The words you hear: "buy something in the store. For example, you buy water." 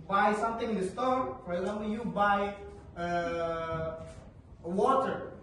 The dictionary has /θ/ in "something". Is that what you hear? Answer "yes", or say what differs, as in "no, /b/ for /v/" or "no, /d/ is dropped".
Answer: no, /t/ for /θ/